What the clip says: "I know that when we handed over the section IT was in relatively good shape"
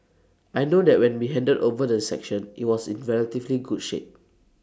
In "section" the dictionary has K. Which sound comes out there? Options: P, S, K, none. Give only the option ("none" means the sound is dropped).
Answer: K